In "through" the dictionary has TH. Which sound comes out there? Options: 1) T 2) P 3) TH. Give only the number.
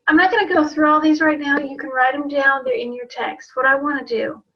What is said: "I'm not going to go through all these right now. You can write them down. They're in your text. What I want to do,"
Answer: 3